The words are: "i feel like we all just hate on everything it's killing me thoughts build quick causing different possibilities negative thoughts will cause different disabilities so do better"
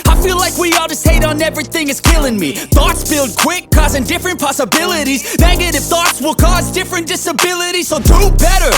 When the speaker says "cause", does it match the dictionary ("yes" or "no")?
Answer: yes